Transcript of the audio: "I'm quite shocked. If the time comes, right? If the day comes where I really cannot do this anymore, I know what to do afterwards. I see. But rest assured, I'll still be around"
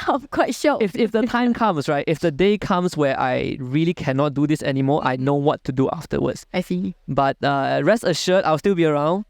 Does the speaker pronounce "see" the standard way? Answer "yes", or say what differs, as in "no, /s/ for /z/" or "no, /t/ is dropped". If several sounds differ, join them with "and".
no, /θ/ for /s/